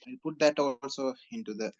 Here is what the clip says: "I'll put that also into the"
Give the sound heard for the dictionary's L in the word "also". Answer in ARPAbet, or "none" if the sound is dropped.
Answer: L